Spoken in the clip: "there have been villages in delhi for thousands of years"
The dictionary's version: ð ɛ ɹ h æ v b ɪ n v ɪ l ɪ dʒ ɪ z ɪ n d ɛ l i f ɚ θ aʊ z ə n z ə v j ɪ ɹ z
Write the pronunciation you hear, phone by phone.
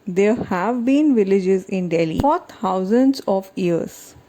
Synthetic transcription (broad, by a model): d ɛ ɹ h æ v b ɪ n v ɪ l ɪ dʒ ɪ z ɪ n d ɛ l i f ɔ t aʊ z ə n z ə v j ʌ ɹ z